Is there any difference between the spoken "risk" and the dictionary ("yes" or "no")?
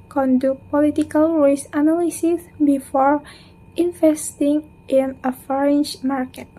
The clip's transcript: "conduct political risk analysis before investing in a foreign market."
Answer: yes